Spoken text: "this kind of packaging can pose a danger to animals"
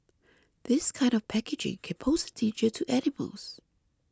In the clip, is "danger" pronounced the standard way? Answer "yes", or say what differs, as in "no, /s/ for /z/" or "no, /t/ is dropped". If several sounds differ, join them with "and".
no, /n/ is dropped